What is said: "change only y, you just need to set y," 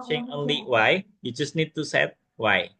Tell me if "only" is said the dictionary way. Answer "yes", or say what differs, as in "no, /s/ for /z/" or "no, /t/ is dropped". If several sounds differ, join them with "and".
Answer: yes